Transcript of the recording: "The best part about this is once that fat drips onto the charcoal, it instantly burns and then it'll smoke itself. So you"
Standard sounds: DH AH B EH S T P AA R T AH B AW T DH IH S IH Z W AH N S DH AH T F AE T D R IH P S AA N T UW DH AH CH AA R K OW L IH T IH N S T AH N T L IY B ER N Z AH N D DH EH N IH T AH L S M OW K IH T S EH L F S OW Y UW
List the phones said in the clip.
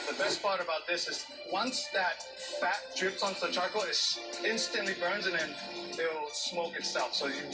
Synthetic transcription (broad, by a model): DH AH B EH S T P AA R T AH B AW T DH IH S IH Z W AH N S DH AH T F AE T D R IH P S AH N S DH AH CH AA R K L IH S IH N S T AH N T L IY B ER N Z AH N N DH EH IH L S M OW K IH T S EH L F S OW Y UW